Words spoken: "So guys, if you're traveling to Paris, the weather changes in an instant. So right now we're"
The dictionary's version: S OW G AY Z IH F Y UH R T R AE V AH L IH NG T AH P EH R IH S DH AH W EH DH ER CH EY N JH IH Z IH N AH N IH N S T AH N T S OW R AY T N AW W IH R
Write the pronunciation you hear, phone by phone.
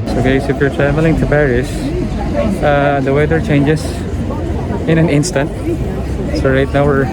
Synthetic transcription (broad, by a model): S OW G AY S IH F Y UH R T R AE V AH L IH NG T AH P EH R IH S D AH W EH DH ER CH EY N JH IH S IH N AH N IH N S T AH N T S OW R AY T N AW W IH R